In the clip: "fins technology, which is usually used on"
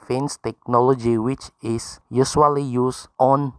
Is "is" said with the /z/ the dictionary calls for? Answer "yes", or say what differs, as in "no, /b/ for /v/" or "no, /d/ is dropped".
no, /s/ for /z/